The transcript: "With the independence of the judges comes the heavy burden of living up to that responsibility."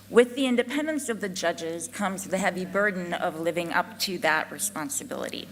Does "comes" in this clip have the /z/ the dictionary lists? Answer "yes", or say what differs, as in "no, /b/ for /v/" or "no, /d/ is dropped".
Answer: yes